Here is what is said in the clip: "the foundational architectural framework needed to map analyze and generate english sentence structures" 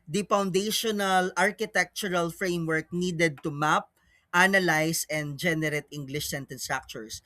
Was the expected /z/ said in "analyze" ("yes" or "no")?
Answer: no